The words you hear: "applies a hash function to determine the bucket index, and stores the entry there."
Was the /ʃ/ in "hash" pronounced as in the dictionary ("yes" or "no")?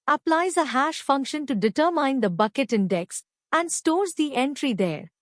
yes